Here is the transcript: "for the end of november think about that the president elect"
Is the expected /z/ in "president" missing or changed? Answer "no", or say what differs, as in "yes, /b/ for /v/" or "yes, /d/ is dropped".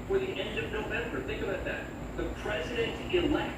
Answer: no